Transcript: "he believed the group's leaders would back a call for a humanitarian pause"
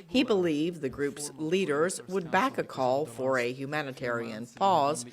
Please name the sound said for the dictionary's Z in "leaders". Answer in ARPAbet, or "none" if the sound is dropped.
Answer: Z